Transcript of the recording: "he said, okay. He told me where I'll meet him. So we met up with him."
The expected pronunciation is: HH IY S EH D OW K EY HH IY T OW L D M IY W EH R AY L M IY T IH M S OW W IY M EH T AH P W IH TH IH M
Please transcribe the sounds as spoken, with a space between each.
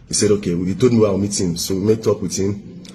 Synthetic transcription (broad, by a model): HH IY S EH D OW K EY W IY T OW D M IY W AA W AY M IY T IH M S OW W IY M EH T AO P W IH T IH M